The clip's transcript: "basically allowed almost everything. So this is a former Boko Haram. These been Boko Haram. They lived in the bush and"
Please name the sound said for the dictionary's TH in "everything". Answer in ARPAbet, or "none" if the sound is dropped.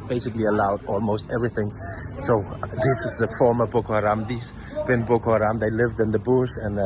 TH